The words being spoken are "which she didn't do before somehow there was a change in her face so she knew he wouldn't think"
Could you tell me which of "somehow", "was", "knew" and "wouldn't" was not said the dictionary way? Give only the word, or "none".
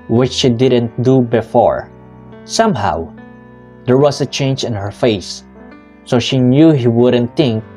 was